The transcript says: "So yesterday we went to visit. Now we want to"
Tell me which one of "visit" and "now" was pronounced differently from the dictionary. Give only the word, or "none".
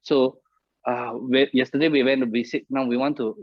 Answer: visit